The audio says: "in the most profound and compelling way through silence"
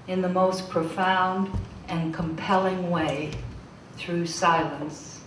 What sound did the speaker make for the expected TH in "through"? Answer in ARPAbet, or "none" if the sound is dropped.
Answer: TH